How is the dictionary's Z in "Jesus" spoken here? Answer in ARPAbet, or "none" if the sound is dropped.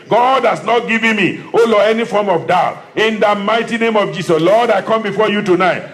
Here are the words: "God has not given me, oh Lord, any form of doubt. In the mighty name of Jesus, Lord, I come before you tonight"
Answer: S